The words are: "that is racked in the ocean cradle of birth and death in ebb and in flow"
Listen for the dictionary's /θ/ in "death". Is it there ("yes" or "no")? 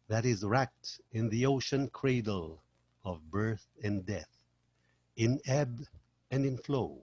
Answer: yes